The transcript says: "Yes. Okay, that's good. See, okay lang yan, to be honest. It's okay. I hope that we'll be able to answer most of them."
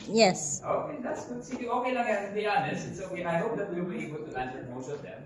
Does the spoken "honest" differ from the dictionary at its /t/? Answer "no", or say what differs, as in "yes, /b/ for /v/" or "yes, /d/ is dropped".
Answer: yes, /t/ is dropped